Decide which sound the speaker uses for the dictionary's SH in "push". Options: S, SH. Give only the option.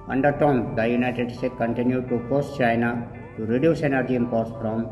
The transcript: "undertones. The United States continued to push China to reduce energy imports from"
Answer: S